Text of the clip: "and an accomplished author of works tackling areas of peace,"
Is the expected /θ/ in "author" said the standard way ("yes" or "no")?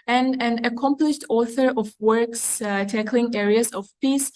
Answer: yes